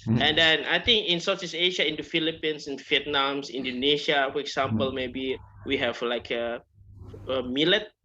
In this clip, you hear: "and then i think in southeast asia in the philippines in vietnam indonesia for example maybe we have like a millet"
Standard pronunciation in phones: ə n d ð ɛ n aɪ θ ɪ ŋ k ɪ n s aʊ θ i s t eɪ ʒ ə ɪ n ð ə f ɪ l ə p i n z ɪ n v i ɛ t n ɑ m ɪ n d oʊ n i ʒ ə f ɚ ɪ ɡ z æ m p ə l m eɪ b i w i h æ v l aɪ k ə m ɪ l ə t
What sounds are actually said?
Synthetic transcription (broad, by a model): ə n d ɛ n aɪ t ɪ ŋ k ɪ n s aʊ s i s eɪ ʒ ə ɪ n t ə f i l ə p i n s ɪ n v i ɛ t n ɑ m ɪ n d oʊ n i ʃ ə f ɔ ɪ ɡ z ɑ m p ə l m eɪ b i w i h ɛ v l aɪ k ə m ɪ l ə t